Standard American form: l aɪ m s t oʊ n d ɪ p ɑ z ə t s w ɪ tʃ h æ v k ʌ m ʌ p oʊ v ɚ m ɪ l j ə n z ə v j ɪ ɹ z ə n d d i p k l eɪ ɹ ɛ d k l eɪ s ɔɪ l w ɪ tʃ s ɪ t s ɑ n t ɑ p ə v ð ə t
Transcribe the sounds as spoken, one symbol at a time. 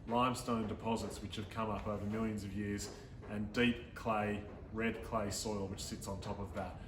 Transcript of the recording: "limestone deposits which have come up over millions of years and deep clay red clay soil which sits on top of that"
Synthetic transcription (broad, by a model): l aɪ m s t oʊ n d ɪ p ɑ z ə t s w ɪ tʃ h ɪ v k ʌ m ʌ p oʊ v ɚ m ɪ l j ə n z ə v j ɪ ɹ z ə n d d i p k l eɪ ɹ ɛ d k l eɪ s ɔɪ l w ɪ tʃ s ɪ t s n t ɑ p ə v ð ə t